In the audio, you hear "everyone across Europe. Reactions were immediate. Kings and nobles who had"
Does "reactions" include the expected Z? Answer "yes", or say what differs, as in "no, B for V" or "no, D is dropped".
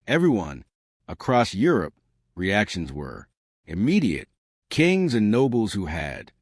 yes